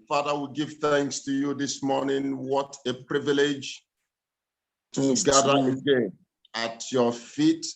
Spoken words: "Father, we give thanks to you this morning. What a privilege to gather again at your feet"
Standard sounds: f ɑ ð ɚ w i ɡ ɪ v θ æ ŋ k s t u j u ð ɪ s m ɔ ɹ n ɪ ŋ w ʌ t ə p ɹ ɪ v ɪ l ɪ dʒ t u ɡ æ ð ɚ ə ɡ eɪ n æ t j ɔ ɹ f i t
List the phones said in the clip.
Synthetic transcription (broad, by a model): f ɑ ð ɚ w i ɡ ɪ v θ æ ŋ k s t u j u ð ɪ s m ɔ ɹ n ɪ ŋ w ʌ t ə p ɹ ɪ v ɪ l ɪ dʒ t u ɡ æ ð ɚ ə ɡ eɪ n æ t j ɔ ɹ f i t